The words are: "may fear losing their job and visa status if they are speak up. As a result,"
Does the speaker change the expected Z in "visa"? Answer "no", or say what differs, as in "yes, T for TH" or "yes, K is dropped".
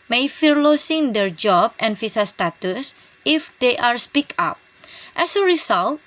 yes, S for Z